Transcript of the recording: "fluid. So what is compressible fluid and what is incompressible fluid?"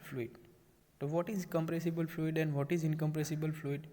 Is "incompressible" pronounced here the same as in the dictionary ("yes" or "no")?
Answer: yes